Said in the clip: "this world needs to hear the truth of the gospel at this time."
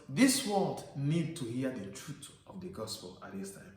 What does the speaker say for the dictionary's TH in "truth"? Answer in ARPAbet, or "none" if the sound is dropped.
T